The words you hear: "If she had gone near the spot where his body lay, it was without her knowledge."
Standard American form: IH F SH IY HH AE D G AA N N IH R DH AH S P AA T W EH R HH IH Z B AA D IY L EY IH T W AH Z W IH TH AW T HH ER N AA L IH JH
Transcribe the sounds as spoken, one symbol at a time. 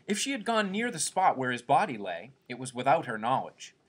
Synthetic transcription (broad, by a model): IH F SH IY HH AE D G AA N N IH R DH AH S P AA T W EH R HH IH Z B AA D IY L EY IH T W AH Z W IH TH AW T HH ER N AA L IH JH